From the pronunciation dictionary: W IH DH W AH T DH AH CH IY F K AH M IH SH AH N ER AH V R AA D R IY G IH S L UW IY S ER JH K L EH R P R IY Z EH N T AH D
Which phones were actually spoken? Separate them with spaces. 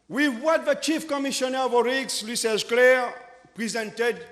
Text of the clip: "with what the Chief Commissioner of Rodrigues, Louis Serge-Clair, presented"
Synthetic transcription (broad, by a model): W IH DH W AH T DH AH CH IY F K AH M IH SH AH N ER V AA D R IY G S L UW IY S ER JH K L EH R P R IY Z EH N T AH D